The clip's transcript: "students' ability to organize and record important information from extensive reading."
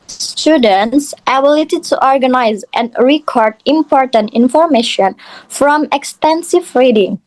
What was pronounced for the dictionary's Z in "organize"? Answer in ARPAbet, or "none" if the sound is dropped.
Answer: Z